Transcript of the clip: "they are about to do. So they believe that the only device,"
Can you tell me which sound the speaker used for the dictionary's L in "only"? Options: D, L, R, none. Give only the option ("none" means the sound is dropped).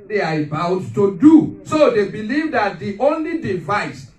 L